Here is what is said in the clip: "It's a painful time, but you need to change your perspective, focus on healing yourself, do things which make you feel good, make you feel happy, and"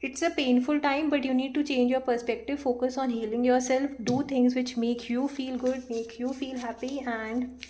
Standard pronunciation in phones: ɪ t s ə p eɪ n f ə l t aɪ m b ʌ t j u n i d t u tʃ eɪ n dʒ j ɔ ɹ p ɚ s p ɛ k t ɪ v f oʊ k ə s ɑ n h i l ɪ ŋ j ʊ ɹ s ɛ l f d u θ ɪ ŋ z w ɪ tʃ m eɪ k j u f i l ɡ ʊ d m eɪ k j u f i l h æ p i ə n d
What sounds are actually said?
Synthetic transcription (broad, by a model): ɪ t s ə p eɪ n f ə l t aɪ m b ʌ t j u n i d t u tʃ eɪ n dʒ j ɔ ɹ p ɚ s p ɛ k t ɪ v f oʊ k ə s ɑ n h i l ɪ ŋ j ʊ ɹ s ɛ l f d u t ɪ ŋ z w ɪ tʃ m eɪ k j u f i l ɡ ʊ d m eɪ k j u f i l h æ p i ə n d